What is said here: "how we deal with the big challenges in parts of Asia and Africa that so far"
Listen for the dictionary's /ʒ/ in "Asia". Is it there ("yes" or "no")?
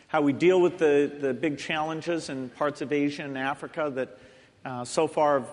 yes